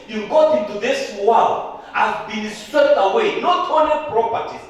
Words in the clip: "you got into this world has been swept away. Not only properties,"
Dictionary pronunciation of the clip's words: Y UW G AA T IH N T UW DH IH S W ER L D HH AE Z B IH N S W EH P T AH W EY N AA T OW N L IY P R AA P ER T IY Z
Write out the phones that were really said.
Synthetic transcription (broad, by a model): Y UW G AA T IH N T UW DH IH S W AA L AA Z B IH N S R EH T AH W EY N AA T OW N IY P R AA P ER T IY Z